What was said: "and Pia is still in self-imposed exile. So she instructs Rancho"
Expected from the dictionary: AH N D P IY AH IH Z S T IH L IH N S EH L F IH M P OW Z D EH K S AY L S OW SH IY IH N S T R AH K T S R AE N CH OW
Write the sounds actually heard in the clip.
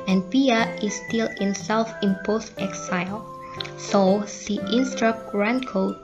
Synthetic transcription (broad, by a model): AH N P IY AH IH S T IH L IH N S EH L F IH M P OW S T EH K S AY L S OW S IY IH N S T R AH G R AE N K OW